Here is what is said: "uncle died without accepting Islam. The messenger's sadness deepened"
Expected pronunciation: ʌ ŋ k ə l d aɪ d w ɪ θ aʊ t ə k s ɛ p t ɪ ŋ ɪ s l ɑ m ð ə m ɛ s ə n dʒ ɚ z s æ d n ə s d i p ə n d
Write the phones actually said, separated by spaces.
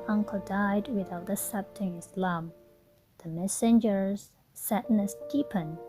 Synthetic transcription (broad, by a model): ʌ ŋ k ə l d aɪ d w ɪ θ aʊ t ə s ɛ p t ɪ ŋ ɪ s l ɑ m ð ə m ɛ s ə n dʒ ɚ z s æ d n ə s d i p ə n